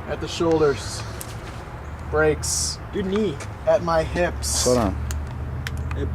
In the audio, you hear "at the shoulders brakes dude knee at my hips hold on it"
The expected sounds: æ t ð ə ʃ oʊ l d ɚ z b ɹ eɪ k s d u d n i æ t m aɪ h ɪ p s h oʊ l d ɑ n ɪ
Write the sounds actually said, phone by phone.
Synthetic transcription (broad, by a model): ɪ t ð ə ʃ oʊ l d ɚ z b ɹ eɪ k s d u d n i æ t m aɪ h ɪ p s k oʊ d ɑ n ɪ